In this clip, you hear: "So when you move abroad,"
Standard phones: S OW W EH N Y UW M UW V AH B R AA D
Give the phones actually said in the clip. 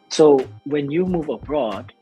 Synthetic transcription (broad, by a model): S OW W EH N Y UW M UW V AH B R AA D